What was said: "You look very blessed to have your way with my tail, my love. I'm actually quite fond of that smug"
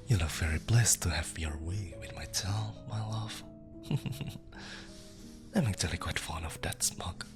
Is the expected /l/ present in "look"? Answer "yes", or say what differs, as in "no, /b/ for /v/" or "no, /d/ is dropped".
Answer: no, /n/ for /l/